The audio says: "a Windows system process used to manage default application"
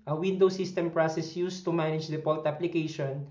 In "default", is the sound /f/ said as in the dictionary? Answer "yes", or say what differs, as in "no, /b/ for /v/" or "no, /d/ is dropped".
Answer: no, /p/ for /f/